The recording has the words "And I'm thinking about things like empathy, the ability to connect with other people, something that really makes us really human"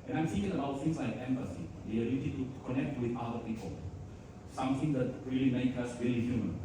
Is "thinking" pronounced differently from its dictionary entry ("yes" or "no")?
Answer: yes